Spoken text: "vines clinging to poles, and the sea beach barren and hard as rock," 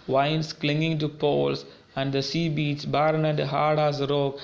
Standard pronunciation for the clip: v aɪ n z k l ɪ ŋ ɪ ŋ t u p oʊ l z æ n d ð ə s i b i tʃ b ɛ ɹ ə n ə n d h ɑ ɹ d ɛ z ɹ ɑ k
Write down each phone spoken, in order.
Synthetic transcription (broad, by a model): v aɪ n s k l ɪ ŋ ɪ ŋ t u p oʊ l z æ n d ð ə s i b i s b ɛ ɹ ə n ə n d h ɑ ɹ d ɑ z ɹ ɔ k